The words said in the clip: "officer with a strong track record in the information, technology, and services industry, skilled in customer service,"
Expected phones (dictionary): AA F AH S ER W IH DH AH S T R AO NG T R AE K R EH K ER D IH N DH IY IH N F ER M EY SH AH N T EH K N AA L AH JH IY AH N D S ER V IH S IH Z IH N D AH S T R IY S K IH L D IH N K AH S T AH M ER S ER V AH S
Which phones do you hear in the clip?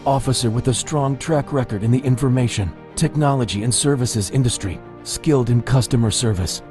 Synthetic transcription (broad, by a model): AA F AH S ER W IH DH AH S T R AO NG T R AE K R EH K ER D IH N DH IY IH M F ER M EY SH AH N T EH K N AA L AH JH IY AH N S ER V IH S IH Z IH N D AH S T R IY S K IH L D IH N K AH S T AH M ER S ER V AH S